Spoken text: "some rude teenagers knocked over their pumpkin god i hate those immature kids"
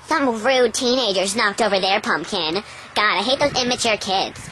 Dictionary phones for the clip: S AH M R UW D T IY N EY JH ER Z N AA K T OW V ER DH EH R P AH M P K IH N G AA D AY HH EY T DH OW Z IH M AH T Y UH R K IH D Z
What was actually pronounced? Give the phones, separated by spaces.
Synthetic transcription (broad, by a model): S AH M R UW D T IY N EY JH ER Z N AA K T OW V ER DH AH R P AH M P K IH N G AA D AY HH EY T DH OW Z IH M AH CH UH R K IH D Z